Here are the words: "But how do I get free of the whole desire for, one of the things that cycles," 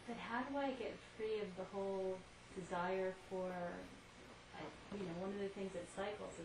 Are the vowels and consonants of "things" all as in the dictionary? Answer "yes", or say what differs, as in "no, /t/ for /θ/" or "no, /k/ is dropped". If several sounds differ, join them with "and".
yes